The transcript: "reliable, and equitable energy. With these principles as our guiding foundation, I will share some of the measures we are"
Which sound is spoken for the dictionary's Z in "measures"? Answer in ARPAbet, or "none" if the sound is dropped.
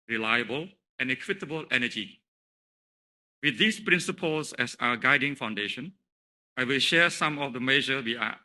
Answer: none